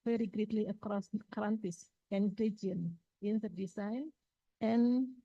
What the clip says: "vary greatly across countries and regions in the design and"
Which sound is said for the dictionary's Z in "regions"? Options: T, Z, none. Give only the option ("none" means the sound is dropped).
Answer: none